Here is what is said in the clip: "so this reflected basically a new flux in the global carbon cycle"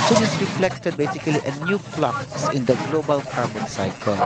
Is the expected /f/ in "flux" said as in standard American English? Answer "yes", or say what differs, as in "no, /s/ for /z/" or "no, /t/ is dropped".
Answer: no, /p/ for /f/